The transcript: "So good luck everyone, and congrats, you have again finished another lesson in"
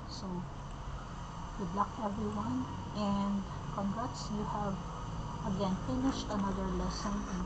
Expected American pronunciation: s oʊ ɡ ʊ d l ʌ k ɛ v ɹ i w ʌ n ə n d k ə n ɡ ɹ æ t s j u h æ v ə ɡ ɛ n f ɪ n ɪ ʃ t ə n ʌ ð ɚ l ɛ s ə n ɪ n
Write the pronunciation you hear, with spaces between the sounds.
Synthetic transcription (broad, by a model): s oʊ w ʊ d l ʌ k ɛ v ɹ i w ʌ n ə n d k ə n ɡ ɹ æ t s j u h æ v ə ɡ ɛ n f ɪ n ɪ ʃ t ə n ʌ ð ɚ l ɛ s ə n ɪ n